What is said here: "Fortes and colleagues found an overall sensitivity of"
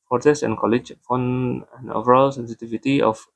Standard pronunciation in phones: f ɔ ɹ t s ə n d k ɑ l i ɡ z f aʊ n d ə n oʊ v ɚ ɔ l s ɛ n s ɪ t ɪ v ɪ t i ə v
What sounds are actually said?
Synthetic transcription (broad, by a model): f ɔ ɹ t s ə n k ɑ l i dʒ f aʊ n ə n oʊ v ɚ ɔ l s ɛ n s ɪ t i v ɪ t i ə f